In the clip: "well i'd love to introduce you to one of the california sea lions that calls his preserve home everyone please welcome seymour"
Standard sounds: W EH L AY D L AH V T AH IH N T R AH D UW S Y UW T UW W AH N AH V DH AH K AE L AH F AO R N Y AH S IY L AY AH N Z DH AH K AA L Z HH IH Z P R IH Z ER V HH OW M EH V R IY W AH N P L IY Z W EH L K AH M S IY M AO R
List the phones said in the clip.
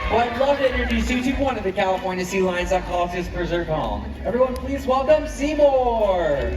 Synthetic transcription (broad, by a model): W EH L AY D L AH V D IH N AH R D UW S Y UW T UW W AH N AH V DH AH K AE L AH F AO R N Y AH S IY L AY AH N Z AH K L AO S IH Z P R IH Z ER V HH OW M EH V R IY W AH N P L IY Z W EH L AH M S IY M AO R